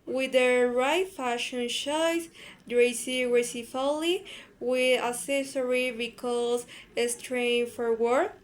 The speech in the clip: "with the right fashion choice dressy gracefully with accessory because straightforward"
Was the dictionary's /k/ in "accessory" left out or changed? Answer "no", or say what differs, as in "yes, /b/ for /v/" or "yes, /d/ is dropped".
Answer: yes, /k/ is dropped